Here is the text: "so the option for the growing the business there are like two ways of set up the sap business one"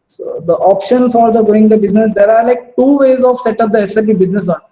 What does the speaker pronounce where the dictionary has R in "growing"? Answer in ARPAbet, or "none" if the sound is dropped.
none